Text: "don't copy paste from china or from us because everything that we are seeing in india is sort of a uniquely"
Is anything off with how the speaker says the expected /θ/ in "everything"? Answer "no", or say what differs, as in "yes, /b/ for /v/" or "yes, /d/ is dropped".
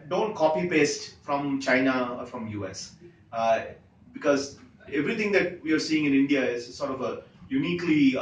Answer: yes, /t/ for /θ/